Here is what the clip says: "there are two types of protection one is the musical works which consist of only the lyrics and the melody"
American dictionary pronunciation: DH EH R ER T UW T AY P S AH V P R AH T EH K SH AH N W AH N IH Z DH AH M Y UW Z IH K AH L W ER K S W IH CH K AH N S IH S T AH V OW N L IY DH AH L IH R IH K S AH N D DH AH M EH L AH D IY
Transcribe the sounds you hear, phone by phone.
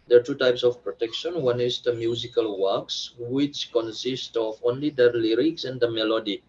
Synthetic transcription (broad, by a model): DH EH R T UW T AY P S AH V P R AH T EH K SH AH N W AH N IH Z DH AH M Y UW Z IH K AH L W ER K S W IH CH K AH N S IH S T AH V OW N L IY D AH L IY R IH K S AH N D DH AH M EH L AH D IY